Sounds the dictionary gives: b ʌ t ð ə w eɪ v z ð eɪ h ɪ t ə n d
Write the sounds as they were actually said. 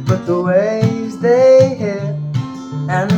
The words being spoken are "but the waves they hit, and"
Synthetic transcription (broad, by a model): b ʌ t ð ə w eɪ z ð eɪ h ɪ ə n